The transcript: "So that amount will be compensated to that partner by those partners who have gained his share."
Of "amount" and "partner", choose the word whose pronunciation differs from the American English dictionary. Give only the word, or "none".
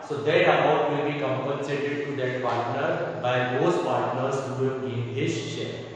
amount